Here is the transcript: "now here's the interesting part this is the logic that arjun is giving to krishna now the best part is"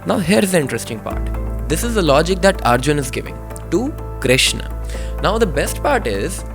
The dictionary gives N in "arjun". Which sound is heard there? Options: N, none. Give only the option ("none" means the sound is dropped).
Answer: N